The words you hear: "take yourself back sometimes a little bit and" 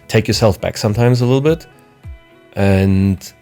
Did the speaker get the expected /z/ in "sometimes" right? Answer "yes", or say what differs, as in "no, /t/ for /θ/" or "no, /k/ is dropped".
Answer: yes